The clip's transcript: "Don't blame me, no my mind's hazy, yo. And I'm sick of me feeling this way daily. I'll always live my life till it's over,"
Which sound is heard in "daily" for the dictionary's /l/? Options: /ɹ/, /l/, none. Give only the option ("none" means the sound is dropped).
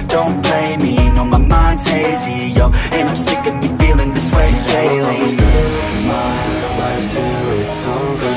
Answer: none